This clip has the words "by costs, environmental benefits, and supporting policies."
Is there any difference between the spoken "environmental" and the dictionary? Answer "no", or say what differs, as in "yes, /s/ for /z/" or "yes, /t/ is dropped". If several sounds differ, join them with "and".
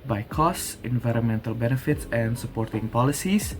no